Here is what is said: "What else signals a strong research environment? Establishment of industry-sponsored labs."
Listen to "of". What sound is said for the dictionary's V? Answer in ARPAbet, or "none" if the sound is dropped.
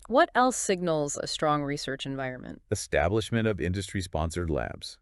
V